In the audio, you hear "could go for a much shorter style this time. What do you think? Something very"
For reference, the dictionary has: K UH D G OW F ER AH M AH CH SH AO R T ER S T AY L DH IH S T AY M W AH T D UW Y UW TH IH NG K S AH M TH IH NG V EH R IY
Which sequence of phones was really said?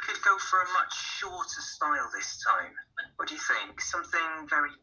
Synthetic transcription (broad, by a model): K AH D G OW F ER AH M AH CH SH AO T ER S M AY L DH IH S T AY M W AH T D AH Y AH TH IH NG K S AH M TH IH NG V EH R IY